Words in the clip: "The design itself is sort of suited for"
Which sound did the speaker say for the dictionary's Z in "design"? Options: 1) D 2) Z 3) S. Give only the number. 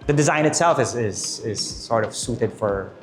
2